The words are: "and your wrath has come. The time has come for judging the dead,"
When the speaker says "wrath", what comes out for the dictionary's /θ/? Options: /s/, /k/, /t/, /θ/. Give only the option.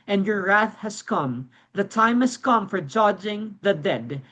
/θ/